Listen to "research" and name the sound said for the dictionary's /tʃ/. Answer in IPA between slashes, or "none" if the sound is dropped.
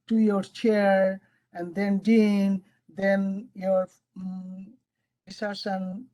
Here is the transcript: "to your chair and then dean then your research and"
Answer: /s/